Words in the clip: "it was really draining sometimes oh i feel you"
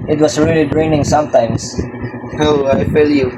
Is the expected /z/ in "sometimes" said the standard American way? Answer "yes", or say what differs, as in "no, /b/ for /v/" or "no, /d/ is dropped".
no, /s/ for /z/